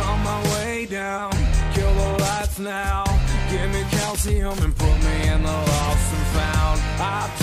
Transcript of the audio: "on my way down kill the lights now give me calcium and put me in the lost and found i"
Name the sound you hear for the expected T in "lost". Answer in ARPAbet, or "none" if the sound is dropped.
none